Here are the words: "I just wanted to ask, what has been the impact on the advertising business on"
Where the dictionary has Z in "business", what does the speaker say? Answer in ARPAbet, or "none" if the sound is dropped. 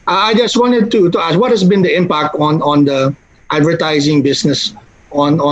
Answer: S